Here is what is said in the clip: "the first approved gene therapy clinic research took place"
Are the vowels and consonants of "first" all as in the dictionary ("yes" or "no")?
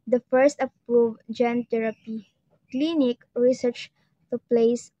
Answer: yes